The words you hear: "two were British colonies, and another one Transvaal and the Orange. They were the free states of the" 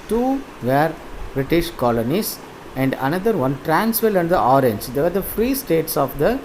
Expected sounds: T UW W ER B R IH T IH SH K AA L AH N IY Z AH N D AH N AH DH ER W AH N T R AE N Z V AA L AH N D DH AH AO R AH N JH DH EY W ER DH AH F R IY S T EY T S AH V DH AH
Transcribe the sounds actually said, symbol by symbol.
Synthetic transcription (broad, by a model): T UW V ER B R IH T IH SH K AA L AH N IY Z AH N D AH N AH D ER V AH N T R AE N S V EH L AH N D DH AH AO R AH N JH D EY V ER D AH F R IY S T EY T S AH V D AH